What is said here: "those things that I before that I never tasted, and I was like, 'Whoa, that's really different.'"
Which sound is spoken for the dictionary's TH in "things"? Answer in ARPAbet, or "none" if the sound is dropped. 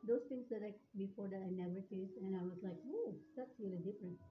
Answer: T